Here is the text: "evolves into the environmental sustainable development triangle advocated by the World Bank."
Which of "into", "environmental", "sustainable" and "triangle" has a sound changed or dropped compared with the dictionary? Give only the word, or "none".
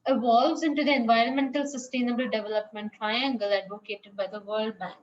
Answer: none